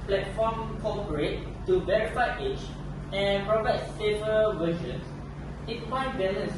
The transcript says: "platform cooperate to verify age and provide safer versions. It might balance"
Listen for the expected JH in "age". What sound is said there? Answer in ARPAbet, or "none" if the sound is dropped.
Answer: CH